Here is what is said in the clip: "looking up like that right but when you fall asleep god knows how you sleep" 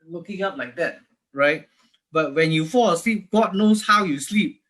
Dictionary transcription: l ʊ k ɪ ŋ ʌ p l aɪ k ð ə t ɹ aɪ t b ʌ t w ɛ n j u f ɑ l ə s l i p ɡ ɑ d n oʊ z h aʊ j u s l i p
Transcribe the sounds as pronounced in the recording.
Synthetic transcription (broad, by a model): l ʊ k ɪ ŋ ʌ p l aɪ k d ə t ɹ aɪ t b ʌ t w ɛ n j u f ɑ l ə s l i p ɡ ɑ d n oʊ s h aʊ j u s l i p